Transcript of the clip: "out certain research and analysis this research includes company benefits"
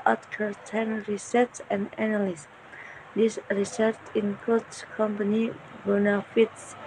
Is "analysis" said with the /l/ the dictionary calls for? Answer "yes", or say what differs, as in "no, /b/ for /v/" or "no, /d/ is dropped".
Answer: no, /n/ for /l/